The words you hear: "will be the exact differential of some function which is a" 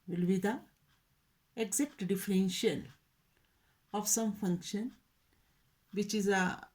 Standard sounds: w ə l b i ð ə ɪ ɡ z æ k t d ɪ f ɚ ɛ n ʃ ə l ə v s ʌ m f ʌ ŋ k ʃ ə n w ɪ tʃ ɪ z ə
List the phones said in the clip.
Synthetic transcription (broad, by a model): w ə l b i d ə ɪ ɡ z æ k t d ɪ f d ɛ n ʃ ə n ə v s ʌ m f ʌ ŋ k ʃ ə n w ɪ tʃ ɪ z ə